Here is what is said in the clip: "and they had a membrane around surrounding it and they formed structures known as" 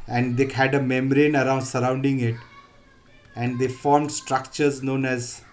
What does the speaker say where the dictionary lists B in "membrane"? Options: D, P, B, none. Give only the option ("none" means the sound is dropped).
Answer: none